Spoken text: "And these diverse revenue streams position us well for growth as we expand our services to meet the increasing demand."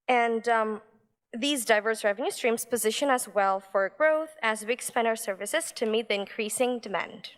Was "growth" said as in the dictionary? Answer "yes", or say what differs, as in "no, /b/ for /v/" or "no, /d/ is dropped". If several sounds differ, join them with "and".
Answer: yes